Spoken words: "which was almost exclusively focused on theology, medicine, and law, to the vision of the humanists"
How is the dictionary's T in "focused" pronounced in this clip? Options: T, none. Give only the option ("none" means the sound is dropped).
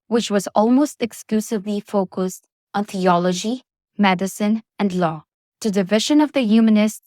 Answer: T